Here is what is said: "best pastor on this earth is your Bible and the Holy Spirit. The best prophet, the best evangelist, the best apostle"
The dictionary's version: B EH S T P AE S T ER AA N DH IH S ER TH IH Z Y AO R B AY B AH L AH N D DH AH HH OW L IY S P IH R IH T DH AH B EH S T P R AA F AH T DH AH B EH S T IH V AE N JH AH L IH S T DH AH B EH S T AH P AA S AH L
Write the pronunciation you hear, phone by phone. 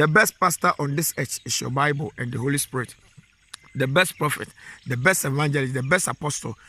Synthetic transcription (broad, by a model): B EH S T P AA S T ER AA N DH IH S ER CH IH S Y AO B AY B AH L AH N D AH HH OW L IY S P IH R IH T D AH B EH S T P R AA F AH T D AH B EH S T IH V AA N JH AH L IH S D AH B EH S T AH P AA S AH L